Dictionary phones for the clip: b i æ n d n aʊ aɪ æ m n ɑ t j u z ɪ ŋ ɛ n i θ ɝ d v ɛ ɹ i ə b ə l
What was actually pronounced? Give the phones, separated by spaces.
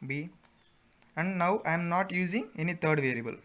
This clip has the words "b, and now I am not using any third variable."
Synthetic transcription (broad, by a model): b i æ n d n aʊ aɪ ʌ m n ɑ t j u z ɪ ŋ ɛ n i t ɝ d v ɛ ɹ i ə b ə l